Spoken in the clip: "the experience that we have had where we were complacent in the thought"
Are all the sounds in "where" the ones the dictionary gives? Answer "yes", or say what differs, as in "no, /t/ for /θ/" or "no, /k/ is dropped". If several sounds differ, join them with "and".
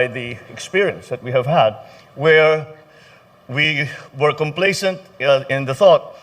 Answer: yes